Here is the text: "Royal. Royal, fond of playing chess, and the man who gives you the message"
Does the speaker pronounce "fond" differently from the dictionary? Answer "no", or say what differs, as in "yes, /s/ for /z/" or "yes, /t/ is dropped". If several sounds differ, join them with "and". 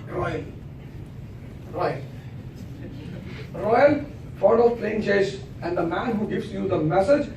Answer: yes, /n/ is dropped